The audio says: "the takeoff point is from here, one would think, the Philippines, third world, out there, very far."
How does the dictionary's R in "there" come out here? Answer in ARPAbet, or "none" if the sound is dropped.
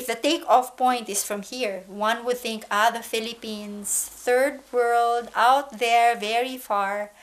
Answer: R